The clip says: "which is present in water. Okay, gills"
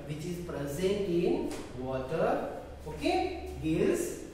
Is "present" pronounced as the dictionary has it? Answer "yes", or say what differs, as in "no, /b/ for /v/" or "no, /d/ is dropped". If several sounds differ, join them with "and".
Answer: yes